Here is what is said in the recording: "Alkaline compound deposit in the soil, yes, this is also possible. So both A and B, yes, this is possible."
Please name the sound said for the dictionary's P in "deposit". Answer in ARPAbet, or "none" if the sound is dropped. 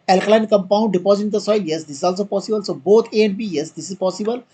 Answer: P